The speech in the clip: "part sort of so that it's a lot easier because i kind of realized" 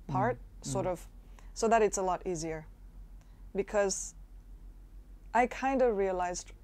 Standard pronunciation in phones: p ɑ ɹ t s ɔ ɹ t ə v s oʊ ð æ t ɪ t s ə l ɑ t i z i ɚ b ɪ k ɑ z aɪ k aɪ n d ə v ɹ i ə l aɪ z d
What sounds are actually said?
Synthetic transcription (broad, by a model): p ɑ ɹ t s ɔ ɹ t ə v s oʊ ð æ t ɪ t s ə l ɑ t i z i ɚ b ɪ k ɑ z aɪ k aɪ n d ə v ɹ i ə l aɪ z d